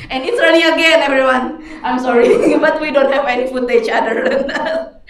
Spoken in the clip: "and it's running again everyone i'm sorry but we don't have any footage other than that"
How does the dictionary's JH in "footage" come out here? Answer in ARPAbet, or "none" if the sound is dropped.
CH